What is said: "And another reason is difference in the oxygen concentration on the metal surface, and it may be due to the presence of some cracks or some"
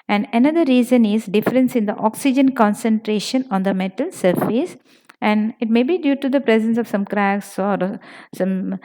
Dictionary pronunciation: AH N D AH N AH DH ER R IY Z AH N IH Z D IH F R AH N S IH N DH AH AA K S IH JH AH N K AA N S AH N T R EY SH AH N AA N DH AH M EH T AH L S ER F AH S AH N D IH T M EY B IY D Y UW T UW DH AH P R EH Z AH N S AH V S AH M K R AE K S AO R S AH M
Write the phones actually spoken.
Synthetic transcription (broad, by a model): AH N D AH N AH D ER R IY Z AH N IH Z D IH F R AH N S IH N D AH AA K S IH JH AH N K AA N S AH N T R EY SH AH N AA N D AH M EH T AH L S ER F AH S AH N D IH T M EY B IY D Y UW T UW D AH P R EH Z AH N S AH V S AH M K R AE K S AO R S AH M